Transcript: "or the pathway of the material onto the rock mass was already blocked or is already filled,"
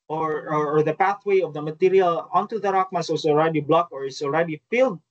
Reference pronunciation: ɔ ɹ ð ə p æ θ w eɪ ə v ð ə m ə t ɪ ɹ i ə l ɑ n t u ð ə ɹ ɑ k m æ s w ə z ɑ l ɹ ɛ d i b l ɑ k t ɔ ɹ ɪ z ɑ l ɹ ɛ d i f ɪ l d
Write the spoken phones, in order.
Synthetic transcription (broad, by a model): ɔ ɹ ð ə p æ θ w eɪ ə v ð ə m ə t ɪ ɹ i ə l ɑ n t u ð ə ɹ ɑ k m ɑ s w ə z ɑ l ɹ ɛ d i b l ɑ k ɔ ɹ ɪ s ɑ l ɹ ɛ d i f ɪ l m